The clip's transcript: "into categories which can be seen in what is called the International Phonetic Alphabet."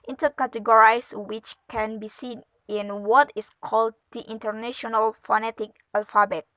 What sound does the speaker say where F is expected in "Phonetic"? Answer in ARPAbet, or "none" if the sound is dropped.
F